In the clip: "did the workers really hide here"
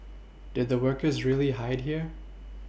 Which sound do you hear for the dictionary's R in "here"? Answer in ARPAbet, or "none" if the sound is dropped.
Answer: R